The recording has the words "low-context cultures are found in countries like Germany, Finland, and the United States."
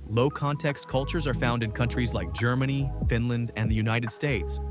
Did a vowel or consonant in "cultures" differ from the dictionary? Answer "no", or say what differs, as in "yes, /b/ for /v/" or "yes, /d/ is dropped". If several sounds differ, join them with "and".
no